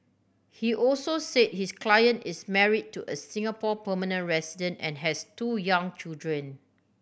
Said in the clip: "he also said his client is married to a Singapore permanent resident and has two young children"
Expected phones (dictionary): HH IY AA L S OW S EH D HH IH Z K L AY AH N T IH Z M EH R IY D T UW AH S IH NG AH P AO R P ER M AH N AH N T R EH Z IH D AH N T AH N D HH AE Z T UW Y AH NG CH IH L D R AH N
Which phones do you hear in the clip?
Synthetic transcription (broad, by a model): HH IY AA L S OW S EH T HH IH S K L AY AH N T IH S M EH R IY D T UW AH S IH NG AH P AO P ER M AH N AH N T R EH S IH D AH N T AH N HH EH S T UW Y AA NG CH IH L D R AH N